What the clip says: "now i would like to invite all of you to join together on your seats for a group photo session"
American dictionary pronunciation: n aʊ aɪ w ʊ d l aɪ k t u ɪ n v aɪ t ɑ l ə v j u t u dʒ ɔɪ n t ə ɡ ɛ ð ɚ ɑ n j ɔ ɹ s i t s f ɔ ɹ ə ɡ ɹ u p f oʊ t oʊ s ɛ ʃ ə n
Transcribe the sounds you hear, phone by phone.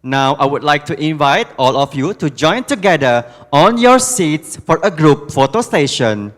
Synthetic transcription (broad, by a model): n aʊ aɪ w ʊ d l aɪ k t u ɪ n v aɪ t ɑ l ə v j u t u dʒ ɔɪ n t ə ɡ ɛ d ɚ ɑ n j ɔ ɹ s i t s f ɔ ɹ ə ɡ ɹ u p f oʊ t oʊ s ɛ ʃ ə n